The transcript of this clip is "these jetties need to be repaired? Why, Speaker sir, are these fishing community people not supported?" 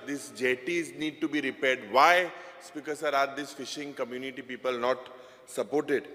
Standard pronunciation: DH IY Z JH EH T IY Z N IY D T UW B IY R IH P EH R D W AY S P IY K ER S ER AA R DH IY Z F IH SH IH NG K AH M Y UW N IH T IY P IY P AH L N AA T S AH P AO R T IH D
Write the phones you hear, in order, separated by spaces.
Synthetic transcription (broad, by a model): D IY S JH EH T IY Z N IY D T UW B IY R IH P EH R D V AY S P IY K ER S ER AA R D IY S F IH SH IH NG K AH M Y UW N IH T IY P IY P AH L N AA T S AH P AO R T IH D